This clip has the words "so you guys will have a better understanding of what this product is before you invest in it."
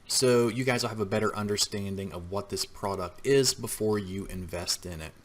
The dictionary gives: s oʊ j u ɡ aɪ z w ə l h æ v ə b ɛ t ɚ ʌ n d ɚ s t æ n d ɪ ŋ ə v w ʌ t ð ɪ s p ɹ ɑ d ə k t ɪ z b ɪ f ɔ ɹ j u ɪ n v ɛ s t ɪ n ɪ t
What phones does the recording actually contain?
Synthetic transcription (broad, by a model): s oʊ j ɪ ɡ aɪ z w ə l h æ v ə b ɛ t ɚ ʌ n d ɚ s t æ n d ɪ ŋ ə v w ʌ t ð ɪ s p ɹ ɑ d ə k t ɪ z b ɪ f ɔ ɹ j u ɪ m v ɛ s t ɪ n ɪ t